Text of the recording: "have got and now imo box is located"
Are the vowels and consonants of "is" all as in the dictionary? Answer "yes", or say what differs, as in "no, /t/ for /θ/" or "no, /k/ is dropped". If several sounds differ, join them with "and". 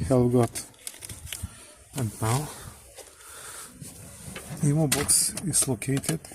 no, /s/ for /z/